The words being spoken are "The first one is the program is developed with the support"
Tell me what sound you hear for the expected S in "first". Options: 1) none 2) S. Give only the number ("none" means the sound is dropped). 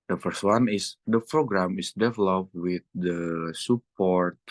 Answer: 2